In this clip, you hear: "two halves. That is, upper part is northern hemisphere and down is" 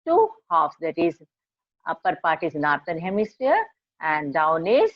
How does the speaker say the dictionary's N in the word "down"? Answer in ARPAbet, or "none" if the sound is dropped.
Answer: N